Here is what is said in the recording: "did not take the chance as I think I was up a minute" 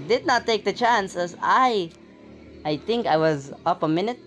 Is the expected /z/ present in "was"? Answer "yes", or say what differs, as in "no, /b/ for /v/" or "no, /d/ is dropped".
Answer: yes